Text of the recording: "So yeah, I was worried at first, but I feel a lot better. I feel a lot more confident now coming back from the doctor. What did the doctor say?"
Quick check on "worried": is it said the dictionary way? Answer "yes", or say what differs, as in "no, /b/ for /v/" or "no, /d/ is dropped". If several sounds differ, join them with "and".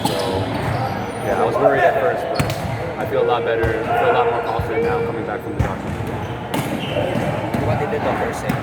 no, /d/ is dropped